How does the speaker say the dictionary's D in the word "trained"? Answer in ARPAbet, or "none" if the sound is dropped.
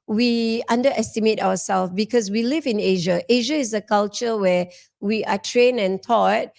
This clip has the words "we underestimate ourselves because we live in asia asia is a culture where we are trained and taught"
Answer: none